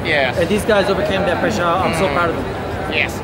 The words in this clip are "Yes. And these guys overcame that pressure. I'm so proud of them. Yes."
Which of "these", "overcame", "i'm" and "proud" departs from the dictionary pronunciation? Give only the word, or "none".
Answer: proud